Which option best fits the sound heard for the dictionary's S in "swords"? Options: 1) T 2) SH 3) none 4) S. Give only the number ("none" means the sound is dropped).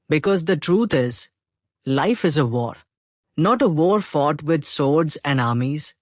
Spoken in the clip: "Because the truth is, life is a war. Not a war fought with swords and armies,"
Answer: 4